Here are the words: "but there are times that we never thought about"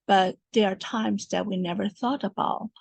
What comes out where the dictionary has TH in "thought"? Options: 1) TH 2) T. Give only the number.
1